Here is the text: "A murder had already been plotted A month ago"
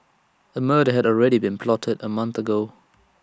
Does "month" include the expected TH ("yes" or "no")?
yes